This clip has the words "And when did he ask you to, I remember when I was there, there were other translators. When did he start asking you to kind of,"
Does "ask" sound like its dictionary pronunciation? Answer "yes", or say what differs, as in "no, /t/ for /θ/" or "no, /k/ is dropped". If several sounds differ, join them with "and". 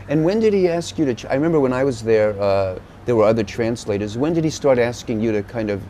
yes